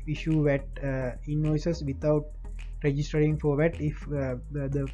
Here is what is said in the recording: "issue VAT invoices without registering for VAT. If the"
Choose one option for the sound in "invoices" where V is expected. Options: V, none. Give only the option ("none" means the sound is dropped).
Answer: none